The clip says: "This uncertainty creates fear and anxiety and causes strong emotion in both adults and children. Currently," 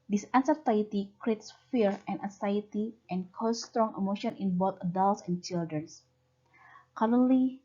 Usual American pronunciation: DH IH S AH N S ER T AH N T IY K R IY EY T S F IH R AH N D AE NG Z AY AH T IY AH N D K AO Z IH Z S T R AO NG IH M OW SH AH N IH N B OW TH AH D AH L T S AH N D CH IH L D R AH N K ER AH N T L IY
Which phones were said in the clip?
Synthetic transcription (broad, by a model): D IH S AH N S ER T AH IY T IY K R IY EY T S F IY R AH N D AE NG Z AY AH T IY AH N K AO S S T R AO NG IH M OW SH AH N IH N B OW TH AH D AH L T S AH N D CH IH L D R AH N K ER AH N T L IY